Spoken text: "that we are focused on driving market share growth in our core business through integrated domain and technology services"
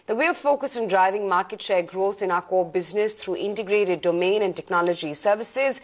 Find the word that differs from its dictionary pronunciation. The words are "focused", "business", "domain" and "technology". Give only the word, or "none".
focused